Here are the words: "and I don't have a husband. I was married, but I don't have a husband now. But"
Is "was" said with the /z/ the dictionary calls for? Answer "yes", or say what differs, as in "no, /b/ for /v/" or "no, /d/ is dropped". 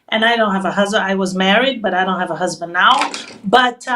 yes